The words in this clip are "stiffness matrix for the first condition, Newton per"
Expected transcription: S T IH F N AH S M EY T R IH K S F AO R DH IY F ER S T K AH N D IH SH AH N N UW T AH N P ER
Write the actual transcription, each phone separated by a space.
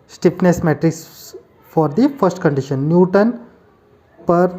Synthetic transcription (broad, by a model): S T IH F N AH S M EY T R IH K S F AO R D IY F ER S T K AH N D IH SH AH N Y UW T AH N P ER